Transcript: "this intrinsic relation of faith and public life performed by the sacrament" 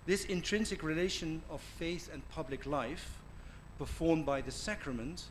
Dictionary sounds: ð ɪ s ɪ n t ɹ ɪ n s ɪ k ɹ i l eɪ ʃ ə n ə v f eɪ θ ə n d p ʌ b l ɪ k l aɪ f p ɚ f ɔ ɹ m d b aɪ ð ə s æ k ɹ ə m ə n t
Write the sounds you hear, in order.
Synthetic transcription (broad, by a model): ð ɪ s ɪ n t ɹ ɪ n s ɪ k ɹ i l eɪ ʃ ə n ə v f eɪ θ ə n p ʌ b l ɪ k l aɪ f p ɚ f ɔ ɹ m b aɪ ð ə s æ k ɹ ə m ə n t